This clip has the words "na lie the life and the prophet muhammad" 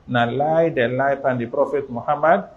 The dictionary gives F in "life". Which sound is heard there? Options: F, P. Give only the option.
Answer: P